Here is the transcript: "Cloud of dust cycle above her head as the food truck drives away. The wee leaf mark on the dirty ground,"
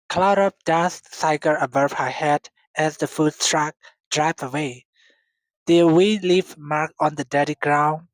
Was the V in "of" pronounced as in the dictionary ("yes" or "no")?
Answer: no